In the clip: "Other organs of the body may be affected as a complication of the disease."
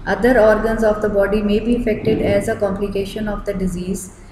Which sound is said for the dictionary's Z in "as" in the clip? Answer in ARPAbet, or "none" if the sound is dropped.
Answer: Z